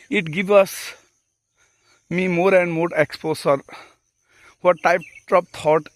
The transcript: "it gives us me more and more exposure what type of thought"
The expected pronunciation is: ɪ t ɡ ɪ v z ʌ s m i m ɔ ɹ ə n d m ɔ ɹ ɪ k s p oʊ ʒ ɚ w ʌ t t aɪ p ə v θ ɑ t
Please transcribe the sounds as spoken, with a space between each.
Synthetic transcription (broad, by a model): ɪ t ɡ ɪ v ʌ s m i m ɔ ɹ ə n d m ɔ ɹ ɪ k s p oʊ s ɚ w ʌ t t aɪ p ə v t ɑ t